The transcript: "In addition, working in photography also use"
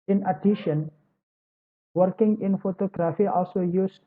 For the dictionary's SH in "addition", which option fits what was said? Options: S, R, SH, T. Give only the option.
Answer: SH